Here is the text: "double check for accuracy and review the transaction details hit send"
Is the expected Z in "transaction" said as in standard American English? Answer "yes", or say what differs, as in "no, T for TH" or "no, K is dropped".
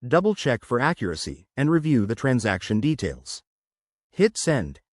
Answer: yes